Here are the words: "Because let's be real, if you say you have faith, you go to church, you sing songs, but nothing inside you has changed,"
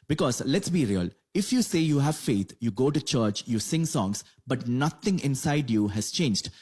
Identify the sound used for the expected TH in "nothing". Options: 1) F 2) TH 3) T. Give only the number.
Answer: 3